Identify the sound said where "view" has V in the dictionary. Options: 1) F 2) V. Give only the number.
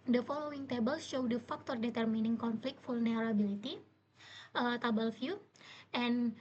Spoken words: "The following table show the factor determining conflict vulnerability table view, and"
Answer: 1